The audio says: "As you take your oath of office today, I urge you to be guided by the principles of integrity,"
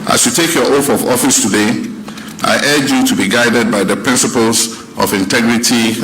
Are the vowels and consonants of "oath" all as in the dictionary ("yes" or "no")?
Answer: no